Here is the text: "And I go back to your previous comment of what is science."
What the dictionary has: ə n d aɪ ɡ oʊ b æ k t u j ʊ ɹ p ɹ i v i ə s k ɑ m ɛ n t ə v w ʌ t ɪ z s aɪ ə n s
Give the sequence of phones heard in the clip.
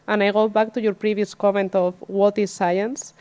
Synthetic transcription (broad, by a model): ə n aɪ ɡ oʊ b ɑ k t u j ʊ ɹ p ɹ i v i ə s k ɑ m ɛ n t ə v w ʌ t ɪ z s aɪ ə n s